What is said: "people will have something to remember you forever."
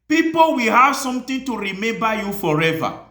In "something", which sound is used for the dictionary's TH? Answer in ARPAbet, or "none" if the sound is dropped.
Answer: T